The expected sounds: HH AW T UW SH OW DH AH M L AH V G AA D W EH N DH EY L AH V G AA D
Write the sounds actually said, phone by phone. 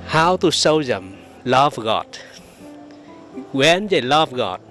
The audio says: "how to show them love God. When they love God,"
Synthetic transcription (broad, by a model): HH AW T UW S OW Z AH M L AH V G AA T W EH N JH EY L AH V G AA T